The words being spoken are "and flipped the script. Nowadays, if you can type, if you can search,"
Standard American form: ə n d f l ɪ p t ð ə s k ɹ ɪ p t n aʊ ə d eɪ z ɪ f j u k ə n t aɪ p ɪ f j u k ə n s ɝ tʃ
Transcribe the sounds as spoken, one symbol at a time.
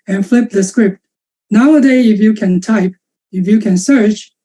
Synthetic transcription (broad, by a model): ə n f l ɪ p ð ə s k ɹ ɪ p t n aʊ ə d eɪ ɪ f j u k ə n t aɪ p ɪ f j u k ə n s ɝ tʃ